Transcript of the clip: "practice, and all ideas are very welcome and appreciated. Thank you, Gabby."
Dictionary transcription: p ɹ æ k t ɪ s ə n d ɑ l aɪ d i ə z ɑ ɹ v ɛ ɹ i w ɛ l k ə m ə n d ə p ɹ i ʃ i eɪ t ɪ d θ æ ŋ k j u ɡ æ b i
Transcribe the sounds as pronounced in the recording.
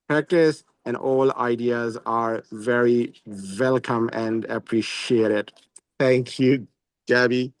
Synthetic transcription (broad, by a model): p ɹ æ k t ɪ s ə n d ɑ l aɪ d i ə z ɑ ɹ v ɛ ɹ i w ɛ l k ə m ə n d ə p ɹ i ʃ i eɪ t ɪ d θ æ ŋ k j u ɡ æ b i